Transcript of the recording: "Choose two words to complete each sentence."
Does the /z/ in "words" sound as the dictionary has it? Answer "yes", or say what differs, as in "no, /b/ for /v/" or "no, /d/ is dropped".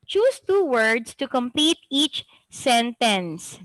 no, /s/ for /z/